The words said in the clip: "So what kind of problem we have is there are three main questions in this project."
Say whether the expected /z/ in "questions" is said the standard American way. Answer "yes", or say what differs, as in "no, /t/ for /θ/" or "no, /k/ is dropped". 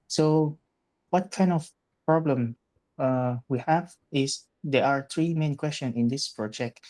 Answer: no, /z/ is dropped